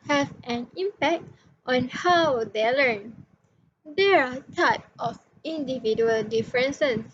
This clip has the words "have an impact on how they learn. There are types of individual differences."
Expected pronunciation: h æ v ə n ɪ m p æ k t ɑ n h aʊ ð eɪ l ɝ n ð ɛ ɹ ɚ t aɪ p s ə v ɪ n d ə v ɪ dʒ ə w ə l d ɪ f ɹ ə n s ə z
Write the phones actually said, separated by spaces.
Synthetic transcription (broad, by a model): h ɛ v ə n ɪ m p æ k t ɑ n h aʊ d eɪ l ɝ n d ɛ ɹ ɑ t aɪ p ə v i n d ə v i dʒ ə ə l d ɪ f ɹ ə n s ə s